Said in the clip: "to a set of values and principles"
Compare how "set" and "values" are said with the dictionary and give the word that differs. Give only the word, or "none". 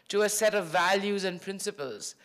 none